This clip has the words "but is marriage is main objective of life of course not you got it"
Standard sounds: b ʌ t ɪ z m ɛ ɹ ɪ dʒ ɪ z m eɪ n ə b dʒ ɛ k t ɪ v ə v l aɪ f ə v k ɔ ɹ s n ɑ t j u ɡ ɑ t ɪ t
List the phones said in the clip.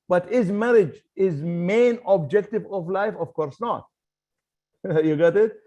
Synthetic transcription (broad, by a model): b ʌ t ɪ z m ɛ ɹ ɪ dʒ ɪ z m eɪ n ə b dʒ ɛ k t ɪ v ə v l aɪ f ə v k ɔ ɹ s n ɑ t j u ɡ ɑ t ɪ t